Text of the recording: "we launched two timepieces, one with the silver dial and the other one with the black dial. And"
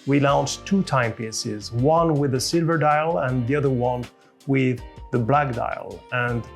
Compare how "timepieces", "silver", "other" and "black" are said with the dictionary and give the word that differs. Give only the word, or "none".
none